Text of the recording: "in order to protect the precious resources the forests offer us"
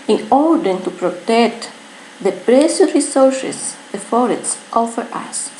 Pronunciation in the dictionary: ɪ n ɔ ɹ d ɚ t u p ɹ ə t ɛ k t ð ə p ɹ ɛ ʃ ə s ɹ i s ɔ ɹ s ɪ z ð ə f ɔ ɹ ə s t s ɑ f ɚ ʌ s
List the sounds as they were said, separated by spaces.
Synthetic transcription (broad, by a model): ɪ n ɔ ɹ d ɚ t u p ɹ ə t ɛ k t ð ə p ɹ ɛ s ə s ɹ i s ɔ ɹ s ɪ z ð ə f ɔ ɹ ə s t ɑ f ɚ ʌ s